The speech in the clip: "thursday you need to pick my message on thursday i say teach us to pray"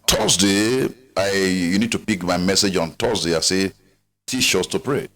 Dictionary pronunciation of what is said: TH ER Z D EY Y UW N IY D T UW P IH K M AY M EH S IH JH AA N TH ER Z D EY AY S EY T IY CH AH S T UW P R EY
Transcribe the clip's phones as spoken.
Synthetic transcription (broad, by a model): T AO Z D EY Y UW N IY D T UW P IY K M AY M EH S IH JH AA N T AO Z D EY AY S EY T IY SH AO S T UW P R EY